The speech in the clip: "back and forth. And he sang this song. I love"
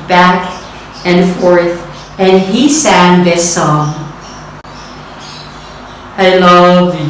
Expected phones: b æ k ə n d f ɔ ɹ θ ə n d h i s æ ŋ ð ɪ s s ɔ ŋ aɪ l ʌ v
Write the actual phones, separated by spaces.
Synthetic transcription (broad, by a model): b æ k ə n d f ɔ ɹ θ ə n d h i s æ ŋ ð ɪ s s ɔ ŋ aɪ l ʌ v